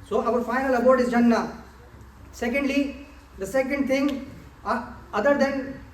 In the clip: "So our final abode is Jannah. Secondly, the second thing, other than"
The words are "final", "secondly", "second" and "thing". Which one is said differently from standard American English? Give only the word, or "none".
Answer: thing